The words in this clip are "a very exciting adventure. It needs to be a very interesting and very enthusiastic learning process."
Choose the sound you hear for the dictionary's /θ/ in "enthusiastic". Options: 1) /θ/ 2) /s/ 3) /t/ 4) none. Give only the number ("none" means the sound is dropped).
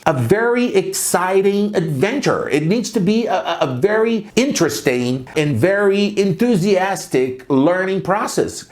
1